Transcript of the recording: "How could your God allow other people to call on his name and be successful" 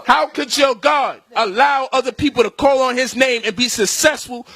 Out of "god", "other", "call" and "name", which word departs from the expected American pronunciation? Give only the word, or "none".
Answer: none